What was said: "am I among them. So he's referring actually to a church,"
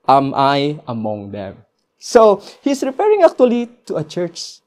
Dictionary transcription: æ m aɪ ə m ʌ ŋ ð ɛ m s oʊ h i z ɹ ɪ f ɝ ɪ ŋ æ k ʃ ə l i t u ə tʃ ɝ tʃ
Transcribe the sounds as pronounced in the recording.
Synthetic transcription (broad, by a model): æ m aɪ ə m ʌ ŋ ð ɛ m s oʊ h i s ɹ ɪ p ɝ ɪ ŋ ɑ k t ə l i t u ə tʃ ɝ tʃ